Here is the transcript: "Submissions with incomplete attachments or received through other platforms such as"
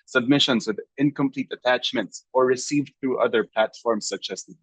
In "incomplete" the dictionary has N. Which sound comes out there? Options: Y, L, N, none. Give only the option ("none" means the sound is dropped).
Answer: N